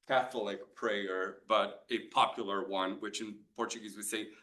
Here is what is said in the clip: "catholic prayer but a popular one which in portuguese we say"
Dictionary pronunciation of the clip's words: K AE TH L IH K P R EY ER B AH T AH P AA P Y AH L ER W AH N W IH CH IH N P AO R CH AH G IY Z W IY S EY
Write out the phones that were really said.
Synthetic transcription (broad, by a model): K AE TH L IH K P R EY ER B AH T AH P AA P Y L ER W AH N W IH CH IH N P AO R CH AH G IY Z W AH S EY